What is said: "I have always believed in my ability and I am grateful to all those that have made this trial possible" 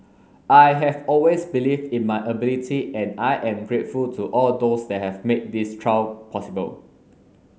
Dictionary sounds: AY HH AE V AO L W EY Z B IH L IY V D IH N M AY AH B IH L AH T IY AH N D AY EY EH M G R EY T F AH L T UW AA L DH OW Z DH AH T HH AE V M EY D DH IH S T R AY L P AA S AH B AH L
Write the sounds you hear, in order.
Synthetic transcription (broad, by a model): AY HH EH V AO L W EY S B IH L IY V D IH N M AY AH B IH L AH T IY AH N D AY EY EH M G R EY T F AH L T UW AA L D OW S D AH T HH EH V M EY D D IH S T R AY W P AA S AH B AH L